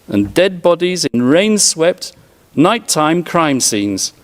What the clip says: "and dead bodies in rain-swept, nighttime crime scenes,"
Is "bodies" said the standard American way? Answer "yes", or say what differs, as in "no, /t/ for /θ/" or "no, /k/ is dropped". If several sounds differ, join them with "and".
yes